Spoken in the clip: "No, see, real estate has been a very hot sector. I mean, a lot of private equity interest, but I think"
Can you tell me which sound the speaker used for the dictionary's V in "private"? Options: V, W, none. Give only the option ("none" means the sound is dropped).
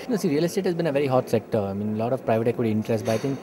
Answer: V